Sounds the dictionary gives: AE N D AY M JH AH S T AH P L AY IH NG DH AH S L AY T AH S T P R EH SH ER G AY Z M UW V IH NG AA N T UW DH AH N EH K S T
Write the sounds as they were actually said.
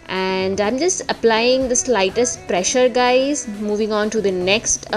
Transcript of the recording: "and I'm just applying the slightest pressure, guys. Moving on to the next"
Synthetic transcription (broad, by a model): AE N D AY M JH AH S T AH P L AY IH NG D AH S L AY T AH S T P R EH SH ER G AY Z M UW V IH NG AA N T UW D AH N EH K S T